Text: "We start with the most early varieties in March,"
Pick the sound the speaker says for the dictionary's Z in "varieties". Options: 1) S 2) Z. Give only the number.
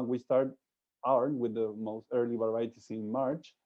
1